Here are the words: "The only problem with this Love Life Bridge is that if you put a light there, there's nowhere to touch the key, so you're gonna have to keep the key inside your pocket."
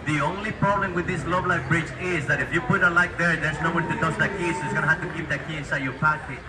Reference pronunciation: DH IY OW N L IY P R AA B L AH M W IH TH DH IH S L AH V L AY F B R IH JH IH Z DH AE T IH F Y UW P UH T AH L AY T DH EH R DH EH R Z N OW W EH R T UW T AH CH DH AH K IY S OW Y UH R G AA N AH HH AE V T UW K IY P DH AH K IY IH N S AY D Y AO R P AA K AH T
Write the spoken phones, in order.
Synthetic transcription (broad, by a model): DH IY OW N L IY P R AA B L AH M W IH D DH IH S L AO B L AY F B R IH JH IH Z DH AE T IH F Y UW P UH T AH L AY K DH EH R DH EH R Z N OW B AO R T UW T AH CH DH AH K IY S OW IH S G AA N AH HH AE T UW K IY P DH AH K IY IH N S AY D Y AO R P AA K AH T